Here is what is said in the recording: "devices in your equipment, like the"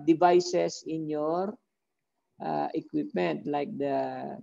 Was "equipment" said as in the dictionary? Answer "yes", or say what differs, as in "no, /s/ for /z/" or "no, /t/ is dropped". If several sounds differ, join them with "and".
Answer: yes